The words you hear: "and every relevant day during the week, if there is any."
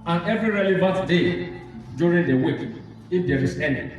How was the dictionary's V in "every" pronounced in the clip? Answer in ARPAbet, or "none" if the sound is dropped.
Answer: V